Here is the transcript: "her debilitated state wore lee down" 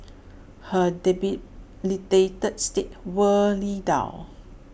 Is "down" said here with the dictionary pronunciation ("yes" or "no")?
no